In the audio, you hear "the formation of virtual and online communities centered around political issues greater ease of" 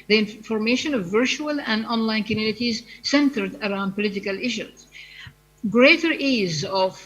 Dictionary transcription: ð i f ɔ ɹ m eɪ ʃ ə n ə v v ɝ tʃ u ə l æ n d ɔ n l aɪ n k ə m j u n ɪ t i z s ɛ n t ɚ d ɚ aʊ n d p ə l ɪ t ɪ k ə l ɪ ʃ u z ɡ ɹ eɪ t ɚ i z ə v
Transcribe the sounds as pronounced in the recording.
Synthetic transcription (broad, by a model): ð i f ɔ ɹ m eɪ ʃ ə n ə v v ɝ tʃ u ə l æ n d ɔ n l aɪ n k ə m j u n ɪ t i z s ɛ n t ɚ d ɚ aʊ n d p ə l ɪ t ɪ k ə l ɪ ʃ u z ɡ ɹ eɪ t ɚ i z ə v